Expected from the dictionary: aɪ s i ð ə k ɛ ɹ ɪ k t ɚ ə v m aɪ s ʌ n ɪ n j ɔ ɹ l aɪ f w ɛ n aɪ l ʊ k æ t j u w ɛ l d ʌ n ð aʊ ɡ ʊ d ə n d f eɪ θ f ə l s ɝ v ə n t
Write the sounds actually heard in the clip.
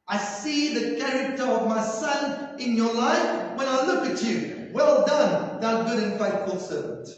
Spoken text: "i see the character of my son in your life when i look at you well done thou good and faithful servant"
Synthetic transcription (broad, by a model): aɪ s i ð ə k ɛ ɹ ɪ k t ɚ ə v m aɪ s ʌ n ɪ n j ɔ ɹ l aɪ f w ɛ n aɪ l ʊ k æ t j u w ɛ l d ʌ n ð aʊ ɡ ʊ d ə n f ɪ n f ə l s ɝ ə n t